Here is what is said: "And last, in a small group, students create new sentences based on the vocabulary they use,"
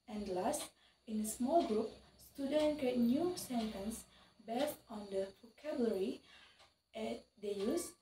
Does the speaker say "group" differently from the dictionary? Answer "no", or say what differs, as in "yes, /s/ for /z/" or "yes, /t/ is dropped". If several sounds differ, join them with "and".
no